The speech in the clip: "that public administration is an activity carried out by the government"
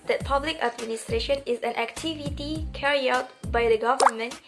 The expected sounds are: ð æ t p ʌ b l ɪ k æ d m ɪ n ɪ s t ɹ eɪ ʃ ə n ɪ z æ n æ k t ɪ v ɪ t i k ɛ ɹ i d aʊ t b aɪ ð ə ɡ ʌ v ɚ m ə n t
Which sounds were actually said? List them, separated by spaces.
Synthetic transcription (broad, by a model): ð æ t p ʌ b l ɪ k æ d m ɪ n ɪ s t ɹ eɪ ʃ ə n ɪ z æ n æ k t ɪ v ɪ t i k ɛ ɹ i aʊ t b aɪ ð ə ɡ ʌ v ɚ m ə n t